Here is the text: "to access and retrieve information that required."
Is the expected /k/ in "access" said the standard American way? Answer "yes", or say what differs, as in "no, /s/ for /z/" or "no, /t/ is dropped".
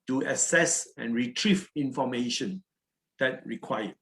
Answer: no, /k/ is dropped